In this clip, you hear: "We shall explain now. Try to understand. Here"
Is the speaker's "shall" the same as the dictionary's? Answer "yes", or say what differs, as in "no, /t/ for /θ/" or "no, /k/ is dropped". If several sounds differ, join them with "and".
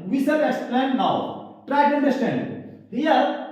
no, /s/ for /ʃ/